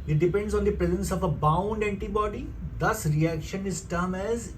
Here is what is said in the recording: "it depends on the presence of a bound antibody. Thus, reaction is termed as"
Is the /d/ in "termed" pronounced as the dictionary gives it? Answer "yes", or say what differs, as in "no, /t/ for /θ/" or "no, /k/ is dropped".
no, /d/ is dropped